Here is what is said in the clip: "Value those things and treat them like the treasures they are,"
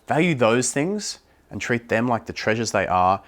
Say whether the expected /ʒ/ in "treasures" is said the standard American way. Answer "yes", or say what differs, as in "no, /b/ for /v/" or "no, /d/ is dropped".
yes